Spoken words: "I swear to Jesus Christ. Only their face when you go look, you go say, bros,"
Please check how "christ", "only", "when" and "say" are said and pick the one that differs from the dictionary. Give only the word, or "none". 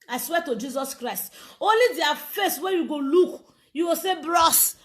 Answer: none